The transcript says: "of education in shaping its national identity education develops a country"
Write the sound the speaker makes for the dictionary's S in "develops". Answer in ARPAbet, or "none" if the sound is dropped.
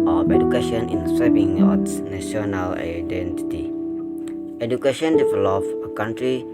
none